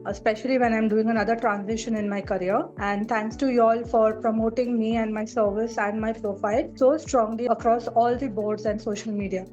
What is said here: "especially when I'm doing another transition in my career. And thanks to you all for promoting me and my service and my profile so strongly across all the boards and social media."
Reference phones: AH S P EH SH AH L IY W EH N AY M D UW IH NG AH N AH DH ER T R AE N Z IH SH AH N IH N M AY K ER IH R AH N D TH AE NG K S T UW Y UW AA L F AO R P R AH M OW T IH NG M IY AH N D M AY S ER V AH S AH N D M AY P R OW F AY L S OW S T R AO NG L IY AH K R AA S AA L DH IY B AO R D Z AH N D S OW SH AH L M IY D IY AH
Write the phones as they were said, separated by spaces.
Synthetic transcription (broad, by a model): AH S P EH SH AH L IY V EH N AY M D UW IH NG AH N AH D ER T R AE N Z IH SH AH N IH N M AY K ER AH R AH N D T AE NG K S T UW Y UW AA L F AO R P R AH M OW T IH NG M IY AH N D M AY S ER V AH S AH N D M AY P R OW F AY L S OW S T R AO NG L IY AH K R AA S AA L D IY B AO R D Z AH N D S OW SH AH L M IY D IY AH